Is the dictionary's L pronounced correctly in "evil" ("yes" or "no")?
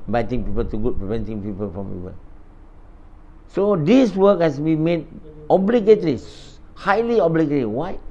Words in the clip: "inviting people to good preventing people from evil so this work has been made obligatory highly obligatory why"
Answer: no